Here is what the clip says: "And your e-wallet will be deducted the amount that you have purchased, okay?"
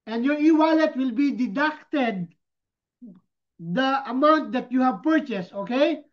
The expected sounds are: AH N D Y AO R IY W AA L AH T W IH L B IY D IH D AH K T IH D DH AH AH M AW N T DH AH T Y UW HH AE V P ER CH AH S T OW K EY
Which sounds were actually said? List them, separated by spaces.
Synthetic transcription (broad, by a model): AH N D Y AO R IY W AA L AH T W IH L B IY D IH D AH K T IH D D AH AH M AW N T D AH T Y UW HH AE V P ER CH AH S T OW K EY